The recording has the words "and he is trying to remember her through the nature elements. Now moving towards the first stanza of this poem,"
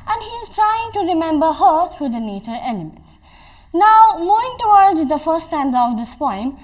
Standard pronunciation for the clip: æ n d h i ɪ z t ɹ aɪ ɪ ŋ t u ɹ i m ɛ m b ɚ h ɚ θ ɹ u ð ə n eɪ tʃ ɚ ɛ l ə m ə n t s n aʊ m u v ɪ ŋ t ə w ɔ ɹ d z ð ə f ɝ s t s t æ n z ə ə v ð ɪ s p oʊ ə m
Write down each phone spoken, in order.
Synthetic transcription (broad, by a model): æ n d h i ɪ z t ɹ aɪ ɪ ŋ t u ɹ i m ɛ m b ɚ h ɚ t ɹ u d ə n eɪ tʃ ɚ ɛ l ə m ə n t s n aʊ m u ɪ ŋ t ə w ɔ ɹ d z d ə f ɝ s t s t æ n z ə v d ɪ s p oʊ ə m